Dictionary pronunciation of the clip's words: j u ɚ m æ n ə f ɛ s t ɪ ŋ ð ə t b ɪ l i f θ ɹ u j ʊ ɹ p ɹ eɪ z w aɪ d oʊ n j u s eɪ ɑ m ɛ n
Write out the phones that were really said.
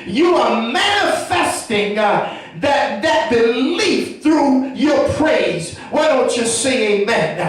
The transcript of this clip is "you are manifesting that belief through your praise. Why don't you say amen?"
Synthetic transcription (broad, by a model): j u ɚ m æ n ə f ɛ s t ɪ ŋ ð ə t b ɪ l i f θ ɹ u j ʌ ɹ p ɹ eɪ z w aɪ d oʊ n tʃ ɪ s eɪ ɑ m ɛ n